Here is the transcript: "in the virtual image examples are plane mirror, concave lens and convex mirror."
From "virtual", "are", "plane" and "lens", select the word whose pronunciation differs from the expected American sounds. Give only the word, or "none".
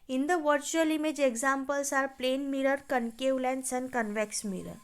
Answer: lens